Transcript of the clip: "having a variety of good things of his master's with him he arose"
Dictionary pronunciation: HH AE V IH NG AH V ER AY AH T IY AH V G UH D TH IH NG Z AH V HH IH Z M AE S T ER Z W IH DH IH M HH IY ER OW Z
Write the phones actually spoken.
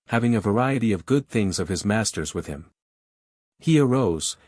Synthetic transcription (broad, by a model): HH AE V IH NG AH V ER AY AH T IY AH V G UH D TH IH NG Z AH V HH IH Z M AE S T ER Z W IH DH IH M HH IY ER OW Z